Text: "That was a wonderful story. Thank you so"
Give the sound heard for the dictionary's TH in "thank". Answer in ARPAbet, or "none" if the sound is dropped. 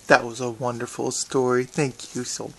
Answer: TH